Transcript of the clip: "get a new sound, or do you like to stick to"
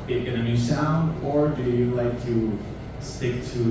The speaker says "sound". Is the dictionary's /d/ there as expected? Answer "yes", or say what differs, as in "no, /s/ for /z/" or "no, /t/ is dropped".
yes